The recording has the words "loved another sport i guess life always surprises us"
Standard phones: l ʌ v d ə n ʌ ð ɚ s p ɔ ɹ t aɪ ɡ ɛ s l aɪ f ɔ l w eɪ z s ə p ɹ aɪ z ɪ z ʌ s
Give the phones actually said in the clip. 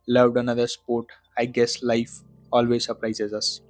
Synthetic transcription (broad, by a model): l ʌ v d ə n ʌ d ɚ s p ɔ ɹ t aɪ ɡ ɛ s l aɪ f ɔ l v eɪ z s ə p ɹ aɪ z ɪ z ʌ s